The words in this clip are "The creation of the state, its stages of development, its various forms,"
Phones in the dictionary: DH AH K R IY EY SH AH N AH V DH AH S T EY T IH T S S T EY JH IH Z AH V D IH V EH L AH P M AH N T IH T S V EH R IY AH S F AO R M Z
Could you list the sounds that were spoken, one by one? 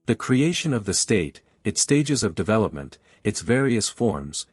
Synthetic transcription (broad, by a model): DH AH K R IY EY SH AH N AH V DH AH S T EY T IH T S S T EY JH IH Z AH V D IH V EH L AH P M AH N T IH T S V EH R IY AH S F AO R M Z